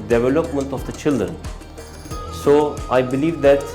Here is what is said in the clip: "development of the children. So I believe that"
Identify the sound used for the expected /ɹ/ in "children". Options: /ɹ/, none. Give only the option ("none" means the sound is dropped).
none